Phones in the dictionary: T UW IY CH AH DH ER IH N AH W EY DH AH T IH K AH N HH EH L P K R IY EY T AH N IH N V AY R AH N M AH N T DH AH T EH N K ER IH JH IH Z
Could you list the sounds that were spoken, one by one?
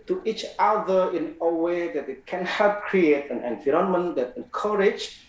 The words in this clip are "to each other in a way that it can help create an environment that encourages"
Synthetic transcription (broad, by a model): T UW IY CH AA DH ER IH N AH W EY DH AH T IH K AH N HH EH L P K R IY EY T AH N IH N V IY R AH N M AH N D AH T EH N K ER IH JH